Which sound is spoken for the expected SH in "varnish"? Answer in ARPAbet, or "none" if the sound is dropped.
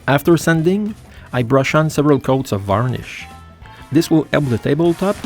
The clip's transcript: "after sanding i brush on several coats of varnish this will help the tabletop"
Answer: SH